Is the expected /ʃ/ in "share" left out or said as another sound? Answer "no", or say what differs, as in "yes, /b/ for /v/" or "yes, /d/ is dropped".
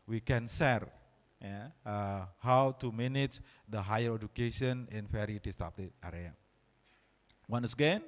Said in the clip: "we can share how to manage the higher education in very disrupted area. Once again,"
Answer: yes, /s/ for /ʃ/